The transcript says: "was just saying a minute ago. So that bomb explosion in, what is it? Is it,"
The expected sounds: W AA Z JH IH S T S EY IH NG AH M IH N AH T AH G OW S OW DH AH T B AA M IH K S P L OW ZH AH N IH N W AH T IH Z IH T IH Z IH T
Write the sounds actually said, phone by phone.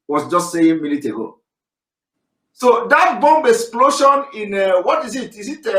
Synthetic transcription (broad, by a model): W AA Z JH IH S T S EY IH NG M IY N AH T AH G OW S OW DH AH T B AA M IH K S P L OW SH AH N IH N W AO T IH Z IH T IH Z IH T